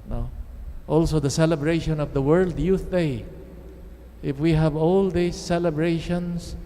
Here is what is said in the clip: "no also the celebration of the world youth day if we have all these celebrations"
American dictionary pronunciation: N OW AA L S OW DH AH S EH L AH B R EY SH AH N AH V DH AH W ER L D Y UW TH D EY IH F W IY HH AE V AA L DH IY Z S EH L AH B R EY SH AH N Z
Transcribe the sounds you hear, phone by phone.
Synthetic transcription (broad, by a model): N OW AA L S OW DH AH S EH L AH B R EY SH AH N AH V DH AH W ER L D Y UW TH D EY IH F W IY HH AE V AA L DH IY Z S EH L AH B R EY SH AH N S